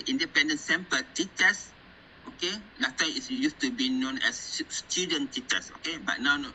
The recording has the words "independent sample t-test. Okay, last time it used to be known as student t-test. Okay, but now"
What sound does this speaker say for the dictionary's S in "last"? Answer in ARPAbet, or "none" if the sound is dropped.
none